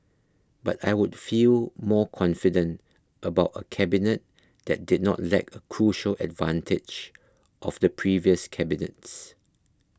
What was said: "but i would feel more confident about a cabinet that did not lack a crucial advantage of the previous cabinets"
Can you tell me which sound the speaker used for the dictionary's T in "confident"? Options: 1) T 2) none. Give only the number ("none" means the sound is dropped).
1